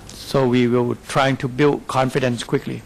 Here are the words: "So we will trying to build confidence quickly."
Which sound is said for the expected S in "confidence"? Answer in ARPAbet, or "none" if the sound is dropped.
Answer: S